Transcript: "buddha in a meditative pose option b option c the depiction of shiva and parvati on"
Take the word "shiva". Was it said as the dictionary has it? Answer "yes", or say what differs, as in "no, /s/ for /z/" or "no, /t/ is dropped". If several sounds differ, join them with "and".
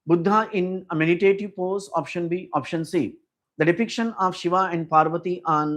yes